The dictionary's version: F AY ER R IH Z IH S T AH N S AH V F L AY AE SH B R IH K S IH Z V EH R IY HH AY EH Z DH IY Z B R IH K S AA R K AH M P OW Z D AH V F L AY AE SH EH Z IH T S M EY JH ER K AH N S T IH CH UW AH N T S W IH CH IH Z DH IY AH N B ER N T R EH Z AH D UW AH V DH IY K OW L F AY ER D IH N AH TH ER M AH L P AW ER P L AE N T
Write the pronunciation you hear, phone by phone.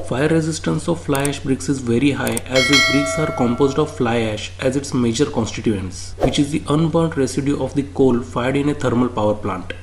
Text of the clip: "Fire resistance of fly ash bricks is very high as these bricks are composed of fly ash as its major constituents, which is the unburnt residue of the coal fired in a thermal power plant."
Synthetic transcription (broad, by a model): F AY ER R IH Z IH S T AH N S AH V F L AY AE SH B R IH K S IH Z V EH R IY HH AY EH Z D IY B R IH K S AA R K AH M P OW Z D AH V F L AY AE SH EH Z IH T S M EY JH ER K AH N S T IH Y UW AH N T S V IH CH IH Z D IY AH N B ER N T R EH S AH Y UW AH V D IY K OW L F AY ER D IH N AH T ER M AH L P AW ER P L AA N T